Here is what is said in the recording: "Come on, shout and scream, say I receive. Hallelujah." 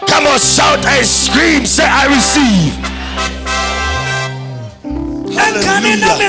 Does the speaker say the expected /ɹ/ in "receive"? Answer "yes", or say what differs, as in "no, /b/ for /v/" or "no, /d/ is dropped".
yes